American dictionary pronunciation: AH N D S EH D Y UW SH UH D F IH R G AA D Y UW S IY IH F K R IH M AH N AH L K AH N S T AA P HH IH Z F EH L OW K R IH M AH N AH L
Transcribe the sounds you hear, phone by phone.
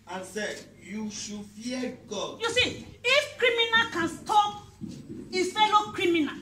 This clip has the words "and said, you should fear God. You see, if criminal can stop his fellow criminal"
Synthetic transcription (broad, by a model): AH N S EH D Y UW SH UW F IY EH G AA D Y UW S IY IH F K R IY M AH N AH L K AH N S T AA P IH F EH N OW K R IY M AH N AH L